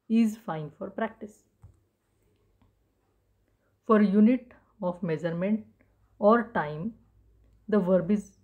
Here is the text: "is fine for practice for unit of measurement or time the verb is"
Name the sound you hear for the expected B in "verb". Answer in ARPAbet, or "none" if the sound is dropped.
B